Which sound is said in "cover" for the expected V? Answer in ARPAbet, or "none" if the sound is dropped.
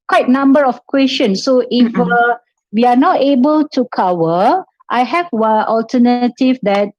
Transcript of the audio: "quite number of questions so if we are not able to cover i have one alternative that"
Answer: W